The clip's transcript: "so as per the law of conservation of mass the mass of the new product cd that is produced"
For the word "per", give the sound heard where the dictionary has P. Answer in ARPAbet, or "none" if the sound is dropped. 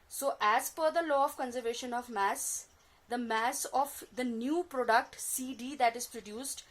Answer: F